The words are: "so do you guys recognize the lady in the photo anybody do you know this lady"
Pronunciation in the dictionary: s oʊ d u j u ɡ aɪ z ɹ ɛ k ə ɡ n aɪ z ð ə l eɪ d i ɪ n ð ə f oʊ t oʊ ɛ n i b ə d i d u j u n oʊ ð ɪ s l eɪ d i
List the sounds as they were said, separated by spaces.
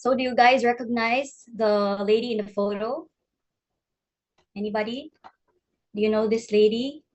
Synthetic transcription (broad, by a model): s oʊ d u j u ɡ aɪ z ɹ ɛ k ə ɡ n aɪ z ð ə l eɪ d i ɪ n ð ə f oʊ t oʊ ɛ n i b ə d i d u j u n oʊ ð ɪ s l eɪ d i